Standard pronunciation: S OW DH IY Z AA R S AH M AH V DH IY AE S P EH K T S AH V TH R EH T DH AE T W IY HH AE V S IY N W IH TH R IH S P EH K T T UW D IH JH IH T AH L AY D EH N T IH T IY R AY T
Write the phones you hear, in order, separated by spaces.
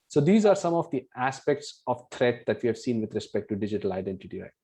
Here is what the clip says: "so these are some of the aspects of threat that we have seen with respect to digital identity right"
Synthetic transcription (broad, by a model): S OW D IY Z AA R S AH M AH V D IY AE S P EH K T S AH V T R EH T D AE T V IY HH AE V S IY N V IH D R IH S P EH K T T UW D IH JH IH T AH L AY D EH N T IH T IY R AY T